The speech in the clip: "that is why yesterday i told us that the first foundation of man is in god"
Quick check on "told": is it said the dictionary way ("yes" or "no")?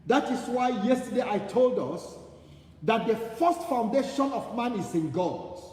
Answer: yes